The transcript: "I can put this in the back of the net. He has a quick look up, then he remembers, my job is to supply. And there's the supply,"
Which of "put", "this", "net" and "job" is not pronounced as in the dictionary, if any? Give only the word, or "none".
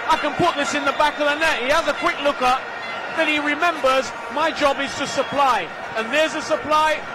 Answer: none